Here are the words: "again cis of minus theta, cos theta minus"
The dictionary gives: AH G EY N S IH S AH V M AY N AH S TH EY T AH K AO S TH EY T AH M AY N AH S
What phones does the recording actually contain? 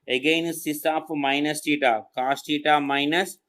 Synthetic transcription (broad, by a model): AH G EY N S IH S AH P M AY N AH S T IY T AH K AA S T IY T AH M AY N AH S